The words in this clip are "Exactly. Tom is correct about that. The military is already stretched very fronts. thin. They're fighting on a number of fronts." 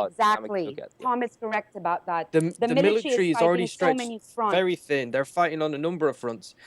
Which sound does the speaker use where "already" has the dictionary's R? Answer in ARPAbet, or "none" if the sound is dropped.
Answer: L